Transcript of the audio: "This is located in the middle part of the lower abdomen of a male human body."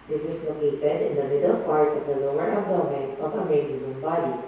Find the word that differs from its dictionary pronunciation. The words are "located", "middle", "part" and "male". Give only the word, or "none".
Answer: male